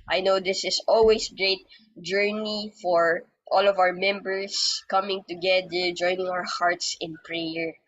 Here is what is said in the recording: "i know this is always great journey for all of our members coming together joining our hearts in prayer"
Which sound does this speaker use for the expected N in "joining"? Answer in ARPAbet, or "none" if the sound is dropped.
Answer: N